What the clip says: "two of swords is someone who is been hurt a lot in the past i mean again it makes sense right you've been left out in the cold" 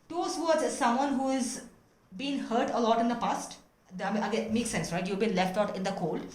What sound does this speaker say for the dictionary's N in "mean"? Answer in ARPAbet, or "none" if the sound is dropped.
none